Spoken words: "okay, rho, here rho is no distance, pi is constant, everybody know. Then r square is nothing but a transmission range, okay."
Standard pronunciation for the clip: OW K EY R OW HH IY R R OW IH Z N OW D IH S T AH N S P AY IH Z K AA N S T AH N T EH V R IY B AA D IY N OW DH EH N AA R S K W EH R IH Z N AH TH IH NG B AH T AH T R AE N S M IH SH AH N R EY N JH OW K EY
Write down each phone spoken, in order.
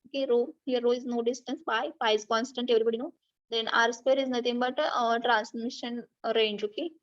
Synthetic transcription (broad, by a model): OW K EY R OW HH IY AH R OW IH Z N OW D IH S T AH N S B AY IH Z K AA N S T AH N T EH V R IY B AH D IY N OW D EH N AA R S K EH R IH Z N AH T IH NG B AH T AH T R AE N S M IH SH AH N R EY N JH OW K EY